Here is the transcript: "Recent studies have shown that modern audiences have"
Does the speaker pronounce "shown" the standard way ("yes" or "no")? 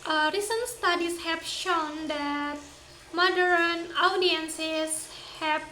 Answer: yes